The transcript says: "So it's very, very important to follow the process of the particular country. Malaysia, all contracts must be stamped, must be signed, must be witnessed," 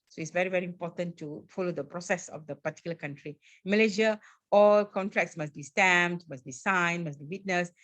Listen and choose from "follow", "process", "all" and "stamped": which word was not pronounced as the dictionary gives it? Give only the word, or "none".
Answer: stamped